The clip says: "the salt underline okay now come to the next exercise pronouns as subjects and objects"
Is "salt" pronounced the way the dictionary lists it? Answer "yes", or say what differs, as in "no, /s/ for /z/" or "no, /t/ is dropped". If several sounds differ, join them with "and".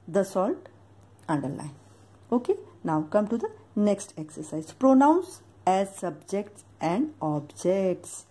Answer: yes